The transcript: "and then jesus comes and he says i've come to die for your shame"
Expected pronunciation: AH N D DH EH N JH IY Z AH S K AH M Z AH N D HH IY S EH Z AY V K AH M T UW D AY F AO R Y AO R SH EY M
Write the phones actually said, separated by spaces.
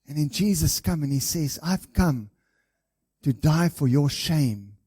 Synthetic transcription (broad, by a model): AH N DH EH N JH IY Z AH S K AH M AH N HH IY S EH Z AY V K AH M T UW D AY F AO R Y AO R SH EY M